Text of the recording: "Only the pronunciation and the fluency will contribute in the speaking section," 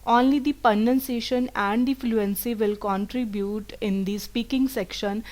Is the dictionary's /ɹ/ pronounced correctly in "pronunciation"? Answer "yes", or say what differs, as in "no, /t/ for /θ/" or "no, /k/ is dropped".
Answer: no, /ɹ/ is dropped